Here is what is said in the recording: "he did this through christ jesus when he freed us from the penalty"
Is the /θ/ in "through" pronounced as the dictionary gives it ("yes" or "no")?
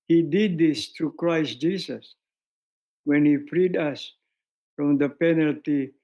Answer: no